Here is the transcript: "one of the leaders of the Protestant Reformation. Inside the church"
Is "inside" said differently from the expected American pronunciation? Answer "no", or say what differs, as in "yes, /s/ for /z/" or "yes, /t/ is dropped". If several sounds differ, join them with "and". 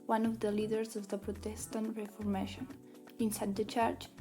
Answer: no